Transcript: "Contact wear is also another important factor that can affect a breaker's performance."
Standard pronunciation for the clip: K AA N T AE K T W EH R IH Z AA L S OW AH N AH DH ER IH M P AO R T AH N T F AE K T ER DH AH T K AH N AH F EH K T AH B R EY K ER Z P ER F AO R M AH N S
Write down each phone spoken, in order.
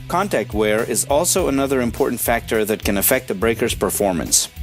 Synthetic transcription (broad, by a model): K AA N T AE K T W EH R IH Z AA L S OW AH N AH DH ER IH M P AO R T N T F AE K T ER DH AH T K AH N AH F EH K T AH B R EY K ER Z P ER F AO R M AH N S